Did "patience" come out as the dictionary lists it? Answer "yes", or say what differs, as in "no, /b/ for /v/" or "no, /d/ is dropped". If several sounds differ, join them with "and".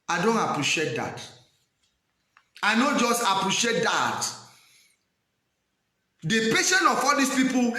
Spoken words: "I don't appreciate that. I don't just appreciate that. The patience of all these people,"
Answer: no, /s/ is dropped